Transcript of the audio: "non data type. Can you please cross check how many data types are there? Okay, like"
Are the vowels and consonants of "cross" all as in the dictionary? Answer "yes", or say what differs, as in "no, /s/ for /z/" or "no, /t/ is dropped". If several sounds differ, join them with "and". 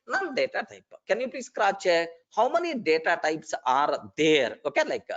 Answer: no, /s/ is dropped